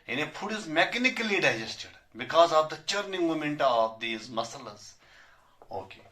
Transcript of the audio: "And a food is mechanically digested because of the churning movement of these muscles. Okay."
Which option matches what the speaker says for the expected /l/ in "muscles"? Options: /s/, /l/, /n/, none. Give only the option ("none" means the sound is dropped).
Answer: none